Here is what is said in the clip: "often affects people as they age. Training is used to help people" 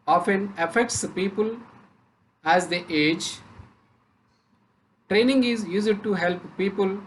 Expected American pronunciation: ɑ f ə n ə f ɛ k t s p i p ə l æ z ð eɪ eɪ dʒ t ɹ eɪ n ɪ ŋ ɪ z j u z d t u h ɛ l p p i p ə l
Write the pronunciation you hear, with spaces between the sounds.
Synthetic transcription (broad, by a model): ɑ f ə n ə f ɛ k t s p i p ə l æ z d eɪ eɪ dʒ t ɹ eɪ n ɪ ŋ ɪ z j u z d t u h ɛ l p p i p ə l